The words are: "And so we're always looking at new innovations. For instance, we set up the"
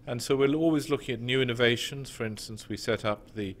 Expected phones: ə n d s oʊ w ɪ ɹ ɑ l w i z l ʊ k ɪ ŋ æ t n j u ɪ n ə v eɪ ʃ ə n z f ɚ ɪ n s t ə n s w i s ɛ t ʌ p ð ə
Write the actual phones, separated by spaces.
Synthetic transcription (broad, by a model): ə n s oʊ w ɪ ɹ ɑ l w i z l ʊ k ɪ ŋ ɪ t n j u ɪ n ə v eɪ ʃ ə n z f ɚ ɪ n s t ə n s w i s ɛ t ʌ p ð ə